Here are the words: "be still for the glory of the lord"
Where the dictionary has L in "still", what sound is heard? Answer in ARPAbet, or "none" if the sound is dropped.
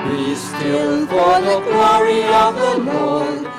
N